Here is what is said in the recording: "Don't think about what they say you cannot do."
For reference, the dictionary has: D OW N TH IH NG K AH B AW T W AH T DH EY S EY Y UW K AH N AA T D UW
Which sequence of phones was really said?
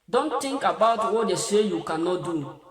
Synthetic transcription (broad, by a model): D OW N T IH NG K AH B AW T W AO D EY S EY Y UW K AH N AA T D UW